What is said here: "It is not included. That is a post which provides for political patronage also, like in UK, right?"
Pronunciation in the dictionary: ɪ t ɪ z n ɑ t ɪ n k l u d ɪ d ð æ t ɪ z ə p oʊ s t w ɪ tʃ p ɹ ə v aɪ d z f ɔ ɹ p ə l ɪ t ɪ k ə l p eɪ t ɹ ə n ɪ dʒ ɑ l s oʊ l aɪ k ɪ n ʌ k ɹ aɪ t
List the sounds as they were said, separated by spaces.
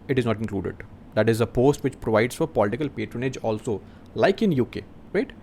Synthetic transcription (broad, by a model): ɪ t ɪ z n ɑ t ɪ n k l u d ɪ d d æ t ɪ z ə p oʊ s t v ɪ tʃ p ɹ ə v aɪ d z f ɔ ɹ p ə l ɪ t ɪ k ə l p eɪ t ɹ ə n ɪ dʒ ɑ l s oʊ l aɪ k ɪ n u k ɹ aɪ t